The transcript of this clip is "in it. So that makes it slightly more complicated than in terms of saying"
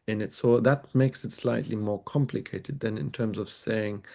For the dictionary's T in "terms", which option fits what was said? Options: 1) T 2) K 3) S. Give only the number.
1